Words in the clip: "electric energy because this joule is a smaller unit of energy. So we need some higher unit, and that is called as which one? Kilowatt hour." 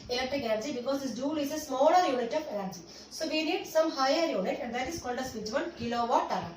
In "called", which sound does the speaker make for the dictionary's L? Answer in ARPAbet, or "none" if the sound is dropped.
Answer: N